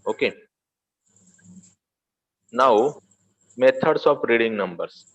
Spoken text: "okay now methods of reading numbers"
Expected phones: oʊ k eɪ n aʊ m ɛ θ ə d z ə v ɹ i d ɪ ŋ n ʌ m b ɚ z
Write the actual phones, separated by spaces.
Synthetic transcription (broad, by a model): oʊ k eɪ n aʊ m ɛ t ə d s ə p ɹ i d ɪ ŋ n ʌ m b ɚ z